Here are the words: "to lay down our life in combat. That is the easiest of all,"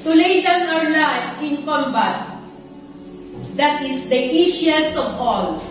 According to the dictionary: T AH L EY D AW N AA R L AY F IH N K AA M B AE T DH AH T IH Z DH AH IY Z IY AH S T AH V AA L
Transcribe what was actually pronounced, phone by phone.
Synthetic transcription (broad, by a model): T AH L EY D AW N AA R L AY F IH N K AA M B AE T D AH T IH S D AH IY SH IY S AH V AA L